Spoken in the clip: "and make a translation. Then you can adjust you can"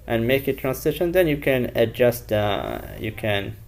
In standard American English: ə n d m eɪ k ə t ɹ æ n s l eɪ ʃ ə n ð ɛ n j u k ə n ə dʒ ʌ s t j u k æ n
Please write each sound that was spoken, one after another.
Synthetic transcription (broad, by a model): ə n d m eɪ k ə t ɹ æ n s ɪ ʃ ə n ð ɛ n j u k ə n ə dʒ ʌ s t j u k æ n